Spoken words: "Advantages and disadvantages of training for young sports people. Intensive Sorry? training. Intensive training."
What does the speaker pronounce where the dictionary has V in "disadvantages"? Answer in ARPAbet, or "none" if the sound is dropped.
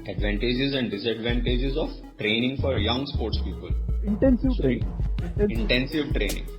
V